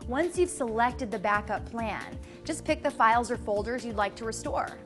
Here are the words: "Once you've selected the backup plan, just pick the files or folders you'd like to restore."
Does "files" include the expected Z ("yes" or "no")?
yes